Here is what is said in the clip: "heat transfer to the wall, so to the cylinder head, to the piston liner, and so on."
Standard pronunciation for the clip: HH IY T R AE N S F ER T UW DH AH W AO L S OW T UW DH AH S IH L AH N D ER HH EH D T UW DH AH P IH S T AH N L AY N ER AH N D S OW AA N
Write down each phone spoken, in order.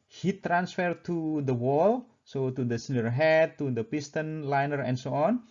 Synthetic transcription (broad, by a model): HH IY T R AE N S F ER T UW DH AH W AO L S OW T UW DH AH S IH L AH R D HH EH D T UW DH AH P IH S T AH N L AY N ER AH N S OW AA N